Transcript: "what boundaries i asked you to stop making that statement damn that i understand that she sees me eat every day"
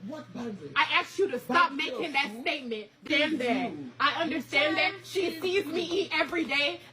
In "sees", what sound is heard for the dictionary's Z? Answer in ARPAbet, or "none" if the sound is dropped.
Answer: Z